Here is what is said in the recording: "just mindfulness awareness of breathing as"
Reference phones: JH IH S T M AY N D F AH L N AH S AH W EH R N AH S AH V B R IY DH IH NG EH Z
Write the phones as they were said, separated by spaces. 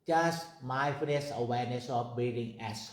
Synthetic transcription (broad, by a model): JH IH S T M AY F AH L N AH S AH W EH R N AH S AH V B IY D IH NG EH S